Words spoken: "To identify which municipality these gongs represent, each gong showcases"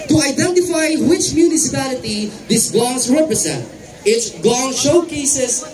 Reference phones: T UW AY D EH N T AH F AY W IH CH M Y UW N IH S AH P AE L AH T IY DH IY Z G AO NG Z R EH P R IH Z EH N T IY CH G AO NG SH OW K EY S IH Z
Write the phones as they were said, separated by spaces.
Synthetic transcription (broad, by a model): T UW AY D EH N T AH F AY W IH CH M Y UW N IH S AH P AE L AH T IY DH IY S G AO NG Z R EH P R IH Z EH N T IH S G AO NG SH OW K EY S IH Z